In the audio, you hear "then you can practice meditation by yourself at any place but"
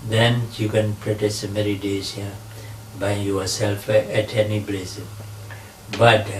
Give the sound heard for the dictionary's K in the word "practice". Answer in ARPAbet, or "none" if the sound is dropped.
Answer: none